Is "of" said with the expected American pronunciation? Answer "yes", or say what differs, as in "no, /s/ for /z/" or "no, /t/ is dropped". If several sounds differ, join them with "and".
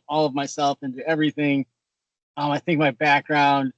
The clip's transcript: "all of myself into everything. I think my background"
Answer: yes